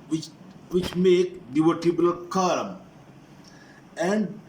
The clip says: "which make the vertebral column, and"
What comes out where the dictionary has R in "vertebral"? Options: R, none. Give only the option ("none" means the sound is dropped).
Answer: none